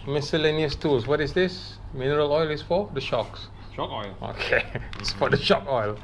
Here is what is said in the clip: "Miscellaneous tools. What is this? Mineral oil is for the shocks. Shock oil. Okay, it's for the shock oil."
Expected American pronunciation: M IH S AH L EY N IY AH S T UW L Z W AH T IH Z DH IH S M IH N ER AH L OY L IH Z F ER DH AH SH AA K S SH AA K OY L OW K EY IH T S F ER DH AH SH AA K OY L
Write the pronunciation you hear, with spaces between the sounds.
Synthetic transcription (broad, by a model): M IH S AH L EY N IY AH S T UW L S W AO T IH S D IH S M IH N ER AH L OY L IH S F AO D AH SH AA K S SH AA K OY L OW K EY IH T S F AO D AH SH AA K OY L